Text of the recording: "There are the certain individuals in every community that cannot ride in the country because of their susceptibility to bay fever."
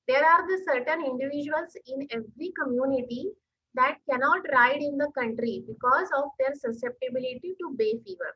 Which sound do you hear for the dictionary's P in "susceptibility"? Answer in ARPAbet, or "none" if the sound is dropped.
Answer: P